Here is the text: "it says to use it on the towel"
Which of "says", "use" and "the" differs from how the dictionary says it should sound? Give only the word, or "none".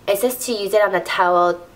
says